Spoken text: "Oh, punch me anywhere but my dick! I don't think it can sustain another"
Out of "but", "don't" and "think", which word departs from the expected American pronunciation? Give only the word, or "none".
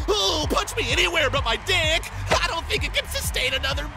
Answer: none